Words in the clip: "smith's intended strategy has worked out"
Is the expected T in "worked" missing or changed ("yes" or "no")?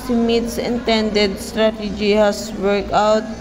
yes